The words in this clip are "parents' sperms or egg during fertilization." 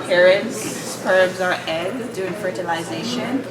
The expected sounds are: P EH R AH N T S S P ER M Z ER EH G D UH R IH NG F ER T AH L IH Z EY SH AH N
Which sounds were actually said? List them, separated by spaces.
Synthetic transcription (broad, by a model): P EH R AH N T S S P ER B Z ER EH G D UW IH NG F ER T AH L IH Z EY SH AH N